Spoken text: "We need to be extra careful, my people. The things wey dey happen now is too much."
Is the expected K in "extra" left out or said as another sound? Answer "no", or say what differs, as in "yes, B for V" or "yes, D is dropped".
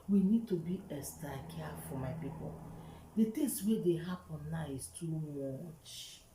yes, K is dropped